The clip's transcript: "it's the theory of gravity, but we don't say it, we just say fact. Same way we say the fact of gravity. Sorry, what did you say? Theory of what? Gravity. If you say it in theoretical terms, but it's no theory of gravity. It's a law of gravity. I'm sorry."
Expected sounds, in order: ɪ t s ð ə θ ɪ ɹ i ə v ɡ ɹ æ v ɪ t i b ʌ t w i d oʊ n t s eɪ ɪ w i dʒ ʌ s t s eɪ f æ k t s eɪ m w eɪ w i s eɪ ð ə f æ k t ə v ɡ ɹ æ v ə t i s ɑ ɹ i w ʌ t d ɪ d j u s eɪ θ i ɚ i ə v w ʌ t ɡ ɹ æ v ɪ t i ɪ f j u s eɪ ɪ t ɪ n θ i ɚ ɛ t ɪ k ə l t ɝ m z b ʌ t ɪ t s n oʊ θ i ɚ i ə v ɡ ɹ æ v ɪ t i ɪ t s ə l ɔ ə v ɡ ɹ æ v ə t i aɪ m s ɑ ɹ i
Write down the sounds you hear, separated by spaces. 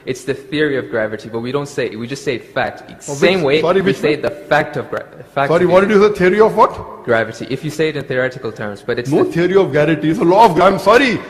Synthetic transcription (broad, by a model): ɪ t s ð ə θ ɪ ɹ i ə v ɡ ɹ æ v ɪ t i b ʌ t w i d oʊ n t s eɪ ɪ w i dʒ ʌ s t s eɪ f æ k t s eɪ m w eɪ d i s eɪ ð ə f æ k t ə v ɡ ɹ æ f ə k s ɑ ɹ i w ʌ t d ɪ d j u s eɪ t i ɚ i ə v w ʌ t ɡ ɹ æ v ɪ t i ɪ f j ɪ s eɪ ɪ t ɪ n θ i ɚ ɛ t ɪ k ə l t ɝ m z b ʌ t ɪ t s n oʊ t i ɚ i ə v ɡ æ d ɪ t i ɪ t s ə l ɔ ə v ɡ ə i m s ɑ ɹ i